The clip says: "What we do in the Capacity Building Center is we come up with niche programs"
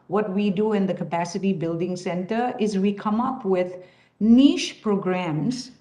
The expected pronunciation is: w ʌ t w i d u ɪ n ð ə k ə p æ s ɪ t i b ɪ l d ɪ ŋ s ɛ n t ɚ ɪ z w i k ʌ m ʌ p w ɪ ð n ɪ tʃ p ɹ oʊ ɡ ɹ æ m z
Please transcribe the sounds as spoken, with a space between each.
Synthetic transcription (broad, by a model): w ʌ t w i d u ɪ n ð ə k ə p æ s ɪ t i b ɪ l d ɪ ŋ s ɛ n t ɚ ɪ z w i k ʌ m ʌ p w ɪ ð n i ʃ p ɹ oʊ ɡ ɹ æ m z